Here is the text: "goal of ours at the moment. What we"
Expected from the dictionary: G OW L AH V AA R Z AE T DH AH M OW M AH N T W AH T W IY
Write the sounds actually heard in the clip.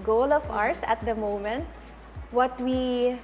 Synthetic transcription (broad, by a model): G OW L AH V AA R S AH T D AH M OW M AH N T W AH T W IY